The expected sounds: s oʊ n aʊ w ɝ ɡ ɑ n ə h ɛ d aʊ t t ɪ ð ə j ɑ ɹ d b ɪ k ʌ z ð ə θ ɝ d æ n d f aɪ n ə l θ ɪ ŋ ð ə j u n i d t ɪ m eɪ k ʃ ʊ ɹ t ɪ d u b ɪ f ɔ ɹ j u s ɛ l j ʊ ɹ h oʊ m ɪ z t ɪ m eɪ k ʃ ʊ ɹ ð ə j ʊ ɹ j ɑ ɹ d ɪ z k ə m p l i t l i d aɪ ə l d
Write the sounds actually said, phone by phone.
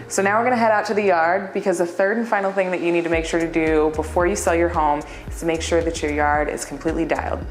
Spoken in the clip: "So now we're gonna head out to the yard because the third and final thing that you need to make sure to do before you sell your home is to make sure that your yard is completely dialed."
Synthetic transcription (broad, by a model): s oʊ n aʊ w ɝ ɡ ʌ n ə h ɛ d aʊ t t ɪ ð ə j ɑ ɹ d b ɪ k ʌ z ð ə θ ɝ d n f aɪ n l θ ɪ ŋ ð ə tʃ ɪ n i d t ɪ m eɪ k ʃ ʊ ɹ t ɪ d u b ɪ f ɔ ɹ j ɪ s ɛ l j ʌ ɹ h oʊ m ɪ z t ɪ m eɪ k ʃ ʊ ɹ ð ə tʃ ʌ ɹ j ɑ ɹ d ɪ z k m p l i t l i d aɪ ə l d